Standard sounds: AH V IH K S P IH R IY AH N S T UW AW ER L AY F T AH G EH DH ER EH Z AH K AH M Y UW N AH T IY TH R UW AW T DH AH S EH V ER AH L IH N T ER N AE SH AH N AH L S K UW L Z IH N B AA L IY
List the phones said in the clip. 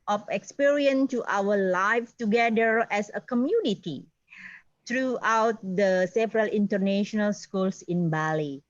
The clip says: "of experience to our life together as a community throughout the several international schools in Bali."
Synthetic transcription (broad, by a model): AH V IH K S P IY R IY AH N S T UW AW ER L AY F T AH G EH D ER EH S AH K AH M Y UW N AH T IY T R UW AW T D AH S EH V ER AH L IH N T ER N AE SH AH N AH L S K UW L S IH N B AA L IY